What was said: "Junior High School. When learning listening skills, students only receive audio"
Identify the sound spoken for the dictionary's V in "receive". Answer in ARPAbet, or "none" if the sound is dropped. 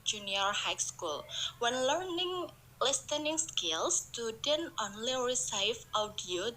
F